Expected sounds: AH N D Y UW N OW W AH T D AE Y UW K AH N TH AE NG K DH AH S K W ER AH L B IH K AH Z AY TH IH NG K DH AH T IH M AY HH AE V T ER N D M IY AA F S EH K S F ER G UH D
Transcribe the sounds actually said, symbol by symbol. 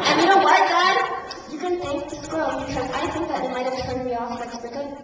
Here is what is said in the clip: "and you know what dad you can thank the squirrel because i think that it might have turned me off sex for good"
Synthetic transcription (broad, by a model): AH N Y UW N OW W AH T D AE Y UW K AH N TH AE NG K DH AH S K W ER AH N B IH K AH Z AY TH IH NG K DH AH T IH M AY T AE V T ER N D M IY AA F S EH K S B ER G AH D